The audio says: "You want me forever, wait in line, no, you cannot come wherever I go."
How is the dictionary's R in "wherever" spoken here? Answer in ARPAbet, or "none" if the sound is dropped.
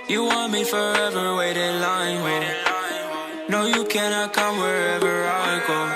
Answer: R